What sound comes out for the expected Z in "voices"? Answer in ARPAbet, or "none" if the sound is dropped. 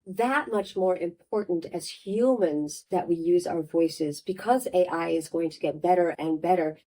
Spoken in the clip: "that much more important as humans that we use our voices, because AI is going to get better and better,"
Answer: Z